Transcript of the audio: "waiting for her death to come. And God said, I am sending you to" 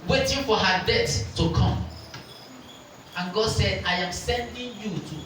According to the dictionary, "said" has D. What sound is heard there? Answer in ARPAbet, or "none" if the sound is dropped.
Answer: D